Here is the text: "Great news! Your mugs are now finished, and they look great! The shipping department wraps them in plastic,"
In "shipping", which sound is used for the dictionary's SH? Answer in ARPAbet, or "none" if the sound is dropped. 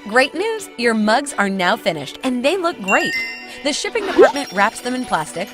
SH